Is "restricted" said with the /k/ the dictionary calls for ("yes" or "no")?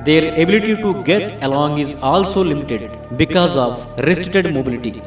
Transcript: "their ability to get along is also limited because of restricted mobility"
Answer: no